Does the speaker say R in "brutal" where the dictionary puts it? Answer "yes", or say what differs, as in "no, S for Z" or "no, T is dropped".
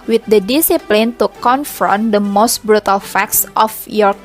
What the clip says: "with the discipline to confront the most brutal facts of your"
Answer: yes